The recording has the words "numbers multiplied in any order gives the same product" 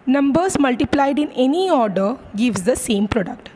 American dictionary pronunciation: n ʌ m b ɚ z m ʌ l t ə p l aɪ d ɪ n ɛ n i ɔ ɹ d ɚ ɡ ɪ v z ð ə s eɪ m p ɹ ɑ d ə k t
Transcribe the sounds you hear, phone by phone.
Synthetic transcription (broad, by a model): n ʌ m b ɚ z m ʌ l t ə p l aɪ d ɪ n ɛ n i ɔ ɹ d ɚ ɡ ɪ v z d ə s eɪ m p ɹ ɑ d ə k t